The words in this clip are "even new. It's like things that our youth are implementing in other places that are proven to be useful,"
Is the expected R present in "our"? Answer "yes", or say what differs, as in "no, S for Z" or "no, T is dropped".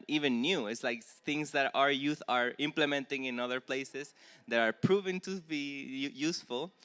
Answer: yes